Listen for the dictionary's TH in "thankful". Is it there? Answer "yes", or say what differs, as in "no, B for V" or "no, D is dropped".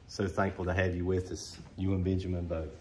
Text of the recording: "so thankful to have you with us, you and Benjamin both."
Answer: yes